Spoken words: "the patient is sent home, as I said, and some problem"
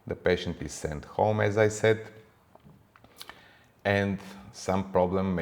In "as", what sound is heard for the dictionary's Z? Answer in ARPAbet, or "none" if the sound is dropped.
Z